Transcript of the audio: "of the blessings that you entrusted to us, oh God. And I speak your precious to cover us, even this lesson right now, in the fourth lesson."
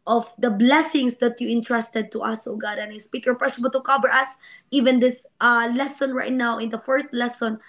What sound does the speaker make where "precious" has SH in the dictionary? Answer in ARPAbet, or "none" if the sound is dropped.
S